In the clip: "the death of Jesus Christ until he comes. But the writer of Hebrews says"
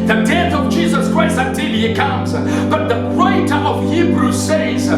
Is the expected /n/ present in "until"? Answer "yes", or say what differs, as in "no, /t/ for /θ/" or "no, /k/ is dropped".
yes